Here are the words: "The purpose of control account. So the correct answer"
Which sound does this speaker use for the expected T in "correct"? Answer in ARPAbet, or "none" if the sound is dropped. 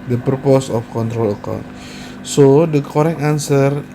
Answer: none